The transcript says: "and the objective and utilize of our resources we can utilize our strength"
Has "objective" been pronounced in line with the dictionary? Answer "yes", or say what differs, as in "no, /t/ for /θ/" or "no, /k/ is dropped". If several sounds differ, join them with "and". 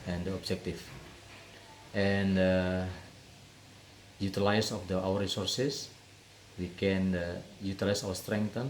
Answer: no, /f/ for /v/